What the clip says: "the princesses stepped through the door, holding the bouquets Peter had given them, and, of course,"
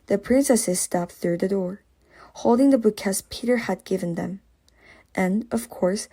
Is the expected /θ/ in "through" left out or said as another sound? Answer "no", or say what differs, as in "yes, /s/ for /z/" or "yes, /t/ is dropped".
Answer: no